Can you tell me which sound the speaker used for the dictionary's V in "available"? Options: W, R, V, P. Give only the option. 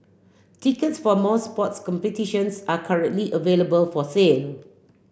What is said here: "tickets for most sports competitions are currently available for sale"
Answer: V